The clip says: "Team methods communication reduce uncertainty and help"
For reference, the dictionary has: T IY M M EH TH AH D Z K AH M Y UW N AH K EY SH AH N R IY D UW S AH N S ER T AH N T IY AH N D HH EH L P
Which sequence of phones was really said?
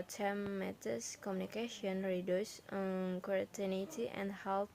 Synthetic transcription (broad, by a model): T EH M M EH T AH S K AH M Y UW N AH K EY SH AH N R IY D UW S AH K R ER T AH N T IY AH N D HH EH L